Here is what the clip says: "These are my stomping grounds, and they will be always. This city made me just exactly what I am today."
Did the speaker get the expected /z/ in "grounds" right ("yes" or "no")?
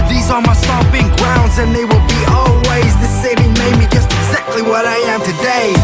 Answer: yes